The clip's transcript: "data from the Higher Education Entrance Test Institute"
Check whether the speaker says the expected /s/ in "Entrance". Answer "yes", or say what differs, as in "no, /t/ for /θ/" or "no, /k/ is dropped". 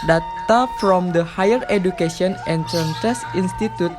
no, /s/ is dropped